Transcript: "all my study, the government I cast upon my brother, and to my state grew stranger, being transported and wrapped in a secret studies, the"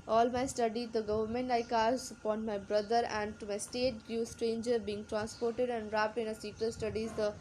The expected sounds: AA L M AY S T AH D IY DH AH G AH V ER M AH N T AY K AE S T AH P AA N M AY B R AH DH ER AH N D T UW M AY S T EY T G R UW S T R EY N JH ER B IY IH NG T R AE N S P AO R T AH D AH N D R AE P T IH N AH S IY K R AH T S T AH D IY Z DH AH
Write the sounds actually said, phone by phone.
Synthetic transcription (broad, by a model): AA L M AY S T AH D IY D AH G AH V ER M AH N T AY K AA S AH P AA N M AY B R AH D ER AH N D T UW M AY S T EY T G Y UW S T R EY N JH ER B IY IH NG T R AE N S P AO R T AH D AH N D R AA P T IH N AH S IY K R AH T S T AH D IY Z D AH